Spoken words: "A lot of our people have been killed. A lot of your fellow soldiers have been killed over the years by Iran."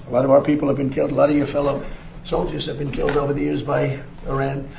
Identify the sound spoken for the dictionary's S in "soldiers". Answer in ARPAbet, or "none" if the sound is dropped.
S